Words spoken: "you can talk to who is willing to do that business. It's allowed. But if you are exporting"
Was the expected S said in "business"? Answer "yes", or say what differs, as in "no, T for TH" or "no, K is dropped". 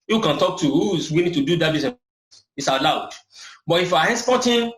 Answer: no, S is dropped